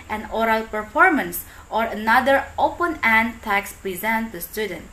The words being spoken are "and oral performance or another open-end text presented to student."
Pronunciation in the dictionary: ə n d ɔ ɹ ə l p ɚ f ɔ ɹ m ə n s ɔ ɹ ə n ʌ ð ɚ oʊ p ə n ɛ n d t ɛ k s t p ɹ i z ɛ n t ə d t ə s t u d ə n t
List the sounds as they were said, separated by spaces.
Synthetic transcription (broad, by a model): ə n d ɔ ɹ ə l p ɚ f ɔ ɹ m ə n s ɔ ɹ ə n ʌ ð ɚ oʊ p ə n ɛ n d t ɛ k s p ɹ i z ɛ n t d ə s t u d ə n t